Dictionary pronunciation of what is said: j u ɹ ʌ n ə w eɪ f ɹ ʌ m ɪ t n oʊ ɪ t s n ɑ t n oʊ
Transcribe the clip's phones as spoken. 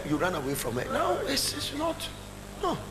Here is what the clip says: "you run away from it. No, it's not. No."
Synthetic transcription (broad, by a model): j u ɹ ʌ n ə w eɪ f ɹ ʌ m ɪ t n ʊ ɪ s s n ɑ t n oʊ